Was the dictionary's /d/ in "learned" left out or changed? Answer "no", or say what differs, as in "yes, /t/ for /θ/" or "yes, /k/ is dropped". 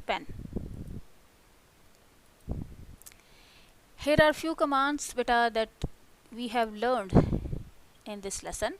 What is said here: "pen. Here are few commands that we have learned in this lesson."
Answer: no